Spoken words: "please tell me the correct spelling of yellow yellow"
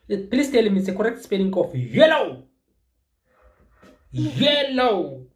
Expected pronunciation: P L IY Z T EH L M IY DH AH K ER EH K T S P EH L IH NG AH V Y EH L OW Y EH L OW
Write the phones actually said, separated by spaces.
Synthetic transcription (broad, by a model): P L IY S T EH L M IY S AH K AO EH K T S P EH N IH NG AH F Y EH L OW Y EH L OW